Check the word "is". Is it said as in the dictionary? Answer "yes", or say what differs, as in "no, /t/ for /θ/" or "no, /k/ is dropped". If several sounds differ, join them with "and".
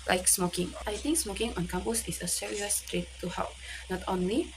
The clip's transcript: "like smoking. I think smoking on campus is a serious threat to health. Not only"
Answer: no, /s/ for /z/